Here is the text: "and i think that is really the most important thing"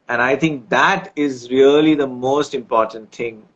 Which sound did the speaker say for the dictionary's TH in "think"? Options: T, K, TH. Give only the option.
T